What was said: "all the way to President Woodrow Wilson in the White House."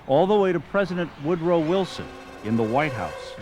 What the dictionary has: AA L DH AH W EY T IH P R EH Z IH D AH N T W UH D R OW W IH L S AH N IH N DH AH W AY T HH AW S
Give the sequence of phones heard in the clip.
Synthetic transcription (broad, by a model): AA L DH AH W EY T IH P R EH Z IH D AH N T W UH D R OW W IH L S AH N IH N DH AH W AY T HH AW S